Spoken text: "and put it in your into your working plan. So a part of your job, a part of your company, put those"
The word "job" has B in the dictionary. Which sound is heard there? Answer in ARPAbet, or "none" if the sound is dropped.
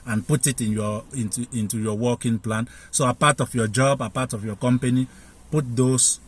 B